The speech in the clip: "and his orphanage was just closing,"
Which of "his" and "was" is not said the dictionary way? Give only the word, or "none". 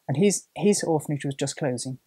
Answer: none